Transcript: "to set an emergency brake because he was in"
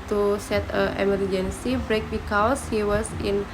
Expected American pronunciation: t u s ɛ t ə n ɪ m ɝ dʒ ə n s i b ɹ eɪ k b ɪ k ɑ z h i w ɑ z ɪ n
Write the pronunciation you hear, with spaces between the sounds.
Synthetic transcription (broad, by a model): t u s ɛ t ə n ɪ m ɝ dʒ ə n s i b ɹ eɪ k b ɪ k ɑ s h i w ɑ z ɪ n